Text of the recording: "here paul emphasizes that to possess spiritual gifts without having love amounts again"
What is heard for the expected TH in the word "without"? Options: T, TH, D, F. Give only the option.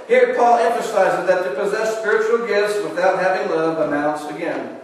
TH